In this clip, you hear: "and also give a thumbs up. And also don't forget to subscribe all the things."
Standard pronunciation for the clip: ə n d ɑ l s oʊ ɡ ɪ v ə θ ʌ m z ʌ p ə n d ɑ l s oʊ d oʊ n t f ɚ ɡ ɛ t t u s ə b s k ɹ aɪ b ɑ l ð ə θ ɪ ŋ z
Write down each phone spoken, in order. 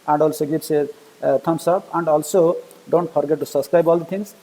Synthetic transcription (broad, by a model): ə n d ɑ l s oʊ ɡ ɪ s ə t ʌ m s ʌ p ə n d ɑ l s oʊ d oʊ n t p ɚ ɡ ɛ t t u s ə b s k ɹ aɪ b ɑ l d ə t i ŋ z